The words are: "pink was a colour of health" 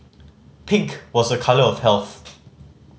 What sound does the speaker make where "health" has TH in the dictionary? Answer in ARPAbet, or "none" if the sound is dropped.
TH